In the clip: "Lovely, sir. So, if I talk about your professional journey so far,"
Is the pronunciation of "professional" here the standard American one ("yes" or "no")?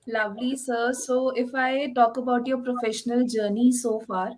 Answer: yes